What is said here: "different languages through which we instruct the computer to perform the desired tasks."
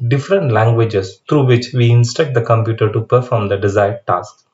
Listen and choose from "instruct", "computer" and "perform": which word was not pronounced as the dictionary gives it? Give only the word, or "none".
instruct